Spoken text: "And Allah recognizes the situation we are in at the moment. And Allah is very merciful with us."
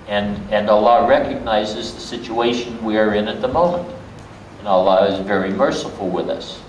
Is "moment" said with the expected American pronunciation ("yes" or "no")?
yes